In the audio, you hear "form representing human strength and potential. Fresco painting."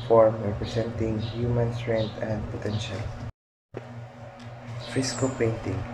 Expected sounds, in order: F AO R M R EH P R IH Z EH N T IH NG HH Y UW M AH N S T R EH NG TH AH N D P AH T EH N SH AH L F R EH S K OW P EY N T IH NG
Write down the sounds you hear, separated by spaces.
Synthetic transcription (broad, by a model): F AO R M R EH P R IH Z EH N T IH NG HH Y UW M AH N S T R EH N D AH N D P AH T EH N SH AH L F IH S K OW P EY N T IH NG